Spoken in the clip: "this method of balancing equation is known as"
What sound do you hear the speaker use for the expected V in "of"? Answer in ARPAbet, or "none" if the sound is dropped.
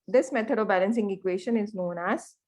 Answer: V